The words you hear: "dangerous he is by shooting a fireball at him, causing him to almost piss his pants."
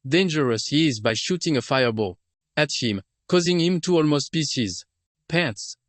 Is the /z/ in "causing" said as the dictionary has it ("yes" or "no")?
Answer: yes